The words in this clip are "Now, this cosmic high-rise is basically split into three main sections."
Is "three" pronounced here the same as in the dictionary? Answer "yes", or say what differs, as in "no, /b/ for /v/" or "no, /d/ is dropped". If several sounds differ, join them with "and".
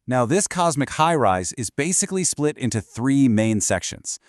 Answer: yes